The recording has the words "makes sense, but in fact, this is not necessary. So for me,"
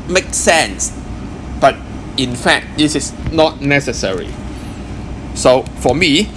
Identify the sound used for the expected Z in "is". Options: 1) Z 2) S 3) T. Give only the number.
2